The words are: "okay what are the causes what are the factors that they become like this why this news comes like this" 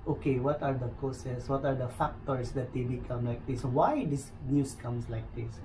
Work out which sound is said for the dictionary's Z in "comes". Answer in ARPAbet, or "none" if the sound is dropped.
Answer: S